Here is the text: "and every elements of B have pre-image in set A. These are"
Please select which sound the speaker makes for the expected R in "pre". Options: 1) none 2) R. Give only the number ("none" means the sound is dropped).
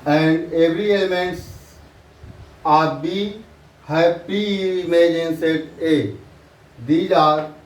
1